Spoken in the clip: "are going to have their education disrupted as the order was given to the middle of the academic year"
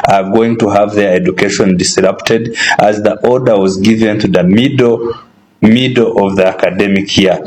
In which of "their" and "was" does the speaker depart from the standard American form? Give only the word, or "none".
none